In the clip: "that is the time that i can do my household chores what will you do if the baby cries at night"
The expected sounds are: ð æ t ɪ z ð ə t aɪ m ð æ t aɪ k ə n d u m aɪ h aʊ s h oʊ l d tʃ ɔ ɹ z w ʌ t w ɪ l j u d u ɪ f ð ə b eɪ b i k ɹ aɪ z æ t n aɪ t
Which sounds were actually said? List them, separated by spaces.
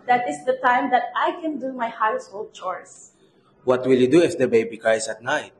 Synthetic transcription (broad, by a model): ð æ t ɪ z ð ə t aɪ m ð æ t aɪ k ə n d u m aɪ h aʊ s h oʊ l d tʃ ɔ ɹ s w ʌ t w ɪ l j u d u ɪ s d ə b eɪ b i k aɪ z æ t n aɪ t